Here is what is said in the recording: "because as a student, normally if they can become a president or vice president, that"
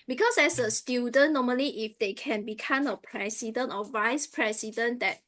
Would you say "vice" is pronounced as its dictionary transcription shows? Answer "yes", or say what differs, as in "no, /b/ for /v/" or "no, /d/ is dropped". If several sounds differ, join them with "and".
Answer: yes